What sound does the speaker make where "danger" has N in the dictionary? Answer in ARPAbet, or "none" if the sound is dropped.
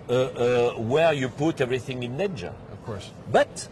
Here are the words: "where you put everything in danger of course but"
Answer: none